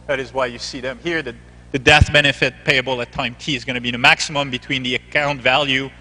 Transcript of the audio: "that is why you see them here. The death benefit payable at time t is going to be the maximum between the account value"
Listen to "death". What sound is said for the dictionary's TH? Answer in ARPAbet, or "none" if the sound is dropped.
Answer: TH